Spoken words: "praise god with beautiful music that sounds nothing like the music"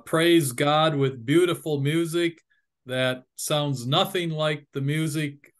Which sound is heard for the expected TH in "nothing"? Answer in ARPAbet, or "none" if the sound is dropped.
TH